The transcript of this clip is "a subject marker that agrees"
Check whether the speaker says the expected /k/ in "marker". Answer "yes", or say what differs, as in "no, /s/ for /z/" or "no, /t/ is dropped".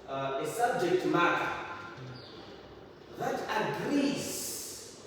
no, /k/ is dropped